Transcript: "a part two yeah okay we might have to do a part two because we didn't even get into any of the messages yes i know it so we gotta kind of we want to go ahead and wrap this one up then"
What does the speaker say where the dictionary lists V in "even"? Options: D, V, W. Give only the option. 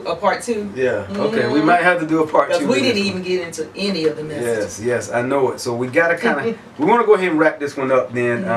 V